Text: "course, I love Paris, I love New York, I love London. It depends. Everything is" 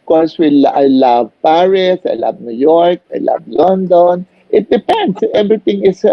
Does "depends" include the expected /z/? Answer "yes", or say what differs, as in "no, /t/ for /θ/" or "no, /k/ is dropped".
no, /s/ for /z/